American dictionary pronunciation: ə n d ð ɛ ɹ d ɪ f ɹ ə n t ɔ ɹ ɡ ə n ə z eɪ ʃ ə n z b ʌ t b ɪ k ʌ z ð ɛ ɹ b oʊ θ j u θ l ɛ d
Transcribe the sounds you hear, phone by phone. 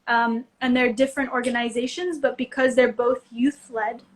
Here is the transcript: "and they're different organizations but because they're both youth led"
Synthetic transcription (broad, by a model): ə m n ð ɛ ɹ d ɪ f ɹ ə n t ɔ ɹ ɡ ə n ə z eɪ ʃ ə n z b ʌ t b ɪ k ʌ z ð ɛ ɹ b oʊ θ j u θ l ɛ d